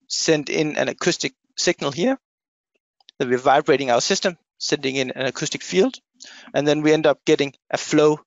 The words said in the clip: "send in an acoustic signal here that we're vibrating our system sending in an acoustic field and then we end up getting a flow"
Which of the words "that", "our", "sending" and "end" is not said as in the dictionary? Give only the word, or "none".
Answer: none